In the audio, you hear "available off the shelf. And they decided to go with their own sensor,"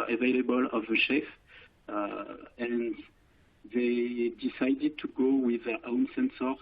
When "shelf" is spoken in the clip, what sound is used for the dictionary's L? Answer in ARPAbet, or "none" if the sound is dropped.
none